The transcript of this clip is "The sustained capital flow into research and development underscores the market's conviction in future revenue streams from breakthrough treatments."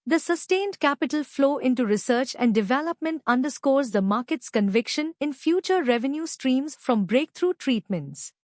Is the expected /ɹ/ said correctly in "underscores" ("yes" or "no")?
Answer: yes